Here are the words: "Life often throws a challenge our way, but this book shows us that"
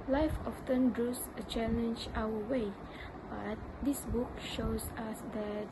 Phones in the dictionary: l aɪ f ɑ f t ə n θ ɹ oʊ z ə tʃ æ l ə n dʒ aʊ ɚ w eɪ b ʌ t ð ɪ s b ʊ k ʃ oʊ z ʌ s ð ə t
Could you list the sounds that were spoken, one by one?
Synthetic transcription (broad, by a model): l aɪ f ɑ f t ə n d ɹ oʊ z ə tʃ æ l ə n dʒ aʊ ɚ w eɪ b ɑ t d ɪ s b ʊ k ʃ oʊ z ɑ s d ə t